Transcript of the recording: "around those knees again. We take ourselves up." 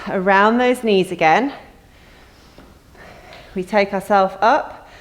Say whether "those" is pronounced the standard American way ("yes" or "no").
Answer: yes